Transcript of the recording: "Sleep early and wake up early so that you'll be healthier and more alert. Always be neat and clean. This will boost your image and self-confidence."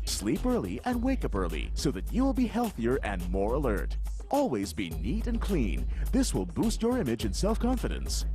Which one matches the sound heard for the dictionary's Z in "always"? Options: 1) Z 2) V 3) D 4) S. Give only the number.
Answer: 1